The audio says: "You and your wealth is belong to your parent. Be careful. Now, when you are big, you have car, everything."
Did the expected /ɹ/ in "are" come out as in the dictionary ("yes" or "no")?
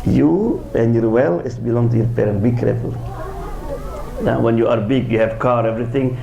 yes